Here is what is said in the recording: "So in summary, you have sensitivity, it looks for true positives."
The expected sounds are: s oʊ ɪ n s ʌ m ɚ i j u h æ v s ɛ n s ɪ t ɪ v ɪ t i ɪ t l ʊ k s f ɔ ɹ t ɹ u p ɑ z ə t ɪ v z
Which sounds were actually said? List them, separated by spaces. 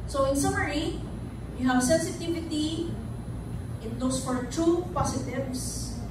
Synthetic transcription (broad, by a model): s oʊ ɪ n s ʌ m ɚ i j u h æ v s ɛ n s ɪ t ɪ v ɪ t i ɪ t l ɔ s f ɔ ɹ t ɹ u p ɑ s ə t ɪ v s